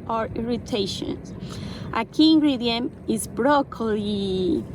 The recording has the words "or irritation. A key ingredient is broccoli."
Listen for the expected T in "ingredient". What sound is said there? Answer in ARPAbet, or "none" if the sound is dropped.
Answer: none